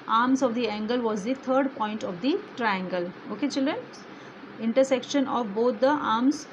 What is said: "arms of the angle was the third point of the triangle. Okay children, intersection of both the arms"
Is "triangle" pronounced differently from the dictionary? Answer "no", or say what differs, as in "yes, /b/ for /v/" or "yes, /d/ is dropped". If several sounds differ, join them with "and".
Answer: no